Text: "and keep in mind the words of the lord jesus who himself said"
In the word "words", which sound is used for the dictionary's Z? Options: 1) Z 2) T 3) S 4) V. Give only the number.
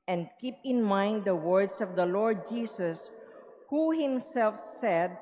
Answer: 3